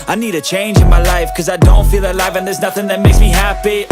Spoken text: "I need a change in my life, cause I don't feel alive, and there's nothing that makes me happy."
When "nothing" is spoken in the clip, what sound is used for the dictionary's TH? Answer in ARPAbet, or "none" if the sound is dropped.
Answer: TH